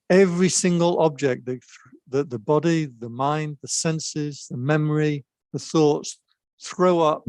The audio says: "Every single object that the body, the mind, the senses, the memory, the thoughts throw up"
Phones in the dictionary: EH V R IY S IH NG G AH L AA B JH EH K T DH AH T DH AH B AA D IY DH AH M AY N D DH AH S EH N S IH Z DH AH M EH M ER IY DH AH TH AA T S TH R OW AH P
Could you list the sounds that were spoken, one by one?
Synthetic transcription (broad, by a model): EH V R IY S IH NG G AH L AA B JH EH K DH DH AH T DH AH B AA D IY DH AH M AY N D DH AH S EH N S IH Z DH AH M EH M ER IY DH AH TH AA T S TH R OW AH P